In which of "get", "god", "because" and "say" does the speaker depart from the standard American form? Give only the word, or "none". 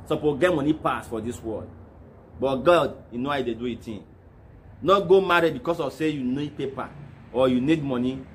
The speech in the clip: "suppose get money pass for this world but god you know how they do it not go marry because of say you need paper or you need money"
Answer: because